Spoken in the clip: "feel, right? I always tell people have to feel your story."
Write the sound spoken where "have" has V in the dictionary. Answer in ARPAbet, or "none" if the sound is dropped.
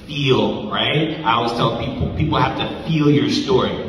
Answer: F